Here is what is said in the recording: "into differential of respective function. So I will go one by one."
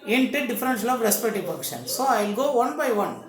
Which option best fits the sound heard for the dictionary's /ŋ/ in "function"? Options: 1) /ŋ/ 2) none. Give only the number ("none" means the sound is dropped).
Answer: 2